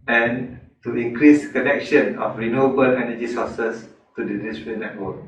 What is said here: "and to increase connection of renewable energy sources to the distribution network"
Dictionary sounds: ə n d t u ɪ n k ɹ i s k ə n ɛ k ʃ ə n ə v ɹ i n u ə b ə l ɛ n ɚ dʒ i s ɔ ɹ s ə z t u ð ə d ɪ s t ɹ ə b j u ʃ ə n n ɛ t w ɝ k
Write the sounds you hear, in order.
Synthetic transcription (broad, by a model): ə n t u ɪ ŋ k ɹ i s k ə n ɛ k ʃ ə n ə f ɹ i n u ə b ə l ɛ n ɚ dʒ i s ɔ s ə s t u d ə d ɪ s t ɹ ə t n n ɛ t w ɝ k